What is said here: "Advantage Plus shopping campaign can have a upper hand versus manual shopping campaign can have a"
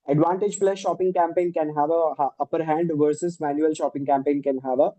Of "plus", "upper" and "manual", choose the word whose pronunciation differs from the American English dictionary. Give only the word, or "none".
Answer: plus